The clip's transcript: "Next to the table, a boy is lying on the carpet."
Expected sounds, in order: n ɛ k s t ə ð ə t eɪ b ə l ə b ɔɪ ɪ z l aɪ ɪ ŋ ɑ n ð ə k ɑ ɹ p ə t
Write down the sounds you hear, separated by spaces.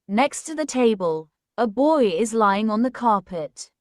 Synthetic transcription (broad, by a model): n ɛ k s t ə ð ə t eɪ b ə l ə b ɔɪ ɪ z l aɪ ɪ ŋ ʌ n ð ə k ɑ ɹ p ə t